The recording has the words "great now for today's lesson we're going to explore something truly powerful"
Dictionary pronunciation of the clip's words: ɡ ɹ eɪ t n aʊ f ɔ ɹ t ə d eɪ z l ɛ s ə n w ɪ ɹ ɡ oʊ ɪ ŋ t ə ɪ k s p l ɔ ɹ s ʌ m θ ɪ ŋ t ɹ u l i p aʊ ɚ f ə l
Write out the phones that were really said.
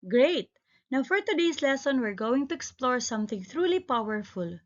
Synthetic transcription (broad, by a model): ɡ ɹ eɪ t n aʊ f ɔ ɹ t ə d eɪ s l ɛ s ə n w ɪ ɹ ɡ oʊ ɪ ŋ t ə ɪ k s p l ɔ ɹ s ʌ m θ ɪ ŋ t ɹ u l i p aʊ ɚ f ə l